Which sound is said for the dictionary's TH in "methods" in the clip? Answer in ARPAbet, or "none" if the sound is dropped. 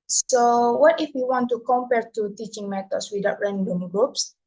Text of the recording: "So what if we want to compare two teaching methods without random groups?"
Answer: T